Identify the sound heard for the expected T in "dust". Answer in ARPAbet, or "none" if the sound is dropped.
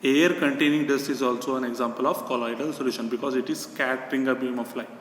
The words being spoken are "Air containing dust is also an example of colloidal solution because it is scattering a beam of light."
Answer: none